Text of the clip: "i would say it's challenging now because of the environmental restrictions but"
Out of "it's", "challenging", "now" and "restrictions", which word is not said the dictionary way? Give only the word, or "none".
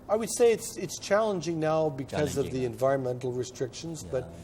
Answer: none